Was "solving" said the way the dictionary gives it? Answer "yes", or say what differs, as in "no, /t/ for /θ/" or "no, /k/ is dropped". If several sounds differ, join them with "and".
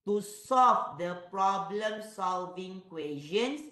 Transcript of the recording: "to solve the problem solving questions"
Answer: yes